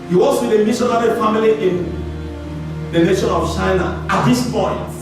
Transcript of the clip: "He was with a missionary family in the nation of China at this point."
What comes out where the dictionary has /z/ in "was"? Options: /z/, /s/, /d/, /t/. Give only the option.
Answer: /s/